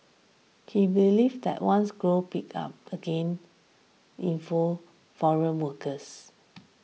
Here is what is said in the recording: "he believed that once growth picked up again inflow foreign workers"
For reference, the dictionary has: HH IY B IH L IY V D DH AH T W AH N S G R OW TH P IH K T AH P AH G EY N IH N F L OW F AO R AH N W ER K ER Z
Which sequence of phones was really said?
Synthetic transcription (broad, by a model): HH IY B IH L IY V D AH T W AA N S G R OW P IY K AA P AH G EY N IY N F OW F AO R AH N W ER K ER S